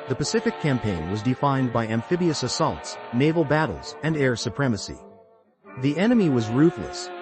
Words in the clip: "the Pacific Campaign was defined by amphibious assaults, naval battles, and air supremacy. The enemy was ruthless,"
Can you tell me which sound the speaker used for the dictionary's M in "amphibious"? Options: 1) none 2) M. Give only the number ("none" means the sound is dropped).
2